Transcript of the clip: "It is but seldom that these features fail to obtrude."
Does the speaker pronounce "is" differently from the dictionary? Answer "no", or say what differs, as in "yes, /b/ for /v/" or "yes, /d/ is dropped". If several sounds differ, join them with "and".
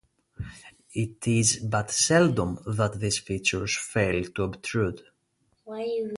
no